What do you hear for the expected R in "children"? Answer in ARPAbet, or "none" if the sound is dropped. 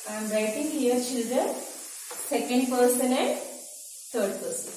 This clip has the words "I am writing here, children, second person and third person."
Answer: none